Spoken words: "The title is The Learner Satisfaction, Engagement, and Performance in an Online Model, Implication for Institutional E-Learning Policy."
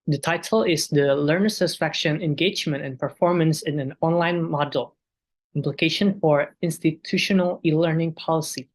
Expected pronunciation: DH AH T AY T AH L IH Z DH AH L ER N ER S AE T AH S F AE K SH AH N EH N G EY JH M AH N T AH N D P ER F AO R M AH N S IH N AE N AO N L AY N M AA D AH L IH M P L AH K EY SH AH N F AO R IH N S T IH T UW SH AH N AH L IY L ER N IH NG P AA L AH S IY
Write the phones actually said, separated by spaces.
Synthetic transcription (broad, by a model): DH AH T AY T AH L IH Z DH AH L ER N ER S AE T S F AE K SH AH N EH N G EY JH M AH N T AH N P ER F AO R M AH N S IH N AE N AO N L AY N M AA D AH L IH M P L AH K EY SH AH N F AO R IH N S T IH T UW SH AH N AH L IY L ER N IH NG P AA L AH S IY